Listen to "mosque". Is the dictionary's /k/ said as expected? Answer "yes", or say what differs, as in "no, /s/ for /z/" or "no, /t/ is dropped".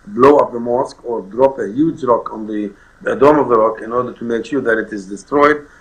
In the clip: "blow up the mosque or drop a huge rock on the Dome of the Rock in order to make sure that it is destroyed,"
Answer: yes